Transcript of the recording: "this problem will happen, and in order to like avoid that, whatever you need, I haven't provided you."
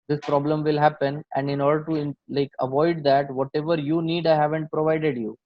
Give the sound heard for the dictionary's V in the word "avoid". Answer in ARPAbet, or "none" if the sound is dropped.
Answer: V